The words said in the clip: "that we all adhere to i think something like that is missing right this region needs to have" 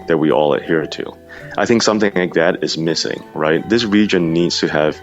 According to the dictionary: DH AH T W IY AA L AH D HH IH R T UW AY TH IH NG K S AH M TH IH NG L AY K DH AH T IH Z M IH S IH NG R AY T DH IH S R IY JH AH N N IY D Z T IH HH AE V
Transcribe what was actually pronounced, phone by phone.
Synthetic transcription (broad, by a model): DH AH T W IY AA L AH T HH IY R T UW AY TH IH NG K S AH M TH IH NG L AY K DH AH T IH Z M IH S IH NG R AY T DH IH S R IY JH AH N N IY D Z T IH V